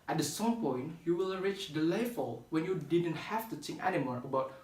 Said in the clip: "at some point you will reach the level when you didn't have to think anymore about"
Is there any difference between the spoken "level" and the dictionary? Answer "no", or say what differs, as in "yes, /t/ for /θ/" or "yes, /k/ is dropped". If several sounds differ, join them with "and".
yes, /f/ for /v/